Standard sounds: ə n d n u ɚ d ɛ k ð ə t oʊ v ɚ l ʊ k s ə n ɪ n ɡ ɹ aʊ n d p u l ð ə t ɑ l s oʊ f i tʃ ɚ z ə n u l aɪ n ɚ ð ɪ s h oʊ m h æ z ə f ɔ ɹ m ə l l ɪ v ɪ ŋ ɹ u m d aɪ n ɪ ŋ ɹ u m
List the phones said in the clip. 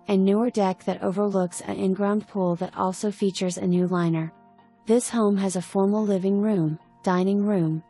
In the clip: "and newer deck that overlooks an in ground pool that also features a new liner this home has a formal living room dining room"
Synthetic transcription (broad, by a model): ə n n u ɚ d ɛ k ð ə t oʊ v ɚ l ʊ k s ə n ɪ n ɡ ɹ aʊ n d p u l ð ə t ɑ l s oʊ f i tʃ ɚ z ə n u l aɪ n ɚ ð ɪ s h oʊ m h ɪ z ə f ɔ ɹ m l l ɪ v ɪ ŋ ɹ u m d aɪ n ɪ ŋ ɹ u m